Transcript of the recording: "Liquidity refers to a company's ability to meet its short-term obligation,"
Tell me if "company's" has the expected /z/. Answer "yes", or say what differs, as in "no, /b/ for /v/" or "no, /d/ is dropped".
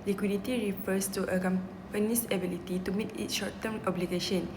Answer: no, /s/ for /z/